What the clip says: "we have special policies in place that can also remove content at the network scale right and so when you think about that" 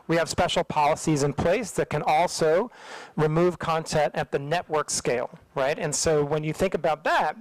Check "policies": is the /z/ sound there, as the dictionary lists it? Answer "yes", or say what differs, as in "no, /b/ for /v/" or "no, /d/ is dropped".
yes